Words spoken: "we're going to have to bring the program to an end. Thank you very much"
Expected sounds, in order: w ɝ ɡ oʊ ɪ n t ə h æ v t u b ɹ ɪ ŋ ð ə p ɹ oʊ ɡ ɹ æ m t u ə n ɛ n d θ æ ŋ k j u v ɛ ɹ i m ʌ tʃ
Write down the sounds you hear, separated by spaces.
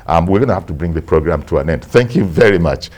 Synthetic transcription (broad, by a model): w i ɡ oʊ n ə h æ f t u b ɹ ɪ ŋ ð ə p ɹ oʊ ɡ ɹ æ m t u ə n ɛ n d θ æ ŋ k j u v ɛ ɹ i m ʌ tʃ